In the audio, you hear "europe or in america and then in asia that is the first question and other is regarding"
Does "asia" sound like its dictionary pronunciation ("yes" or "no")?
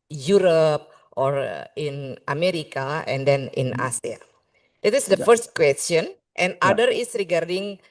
no